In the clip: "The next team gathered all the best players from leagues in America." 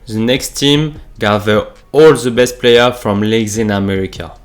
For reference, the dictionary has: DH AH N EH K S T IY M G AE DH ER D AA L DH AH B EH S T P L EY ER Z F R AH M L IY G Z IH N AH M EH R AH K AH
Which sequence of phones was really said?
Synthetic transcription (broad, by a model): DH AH N EH K S T IY M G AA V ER AA L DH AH B EH S T P L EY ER F R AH M L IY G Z IH N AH M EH R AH K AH